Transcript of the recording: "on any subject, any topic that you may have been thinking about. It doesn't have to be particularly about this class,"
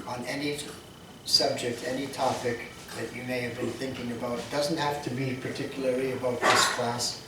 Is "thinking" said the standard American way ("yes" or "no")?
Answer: yes